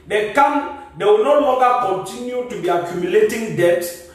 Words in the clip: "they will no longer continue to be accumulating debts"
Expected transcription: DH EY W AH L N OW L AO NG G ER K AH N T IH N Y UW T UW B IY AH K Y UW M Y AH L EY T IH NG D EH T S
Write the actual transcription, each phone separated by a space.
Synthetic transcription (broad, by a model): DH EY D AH W N OW L AO NG G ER K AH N T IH N Y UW T UW B IY AH K Y UW M Y AH L EY T IH NG D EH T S